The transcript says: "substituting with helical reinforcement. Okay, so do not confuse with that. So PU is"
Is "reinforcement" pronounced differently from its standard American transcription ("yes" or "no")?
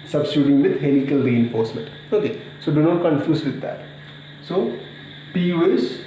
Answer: no